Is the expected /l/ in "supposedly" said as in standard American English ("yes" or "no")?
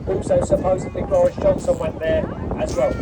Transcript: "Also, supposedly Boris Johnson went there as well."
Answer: no